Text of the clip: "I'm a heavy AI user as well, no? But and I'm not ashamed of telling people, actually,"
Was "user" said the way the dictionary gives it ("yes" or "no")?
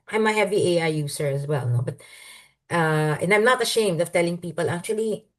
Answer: no